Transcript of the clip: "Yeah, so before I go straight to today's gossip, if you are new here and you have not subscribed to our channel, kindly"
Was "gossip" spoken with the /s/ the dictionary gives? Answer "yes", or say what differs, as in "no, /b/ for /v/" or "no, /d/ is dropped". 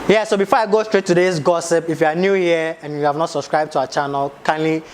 yes